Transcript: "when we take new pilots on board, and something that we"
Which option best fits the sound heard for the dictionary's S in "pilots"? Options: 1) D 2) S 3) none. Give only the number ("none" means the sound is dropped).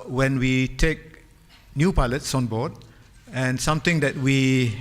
2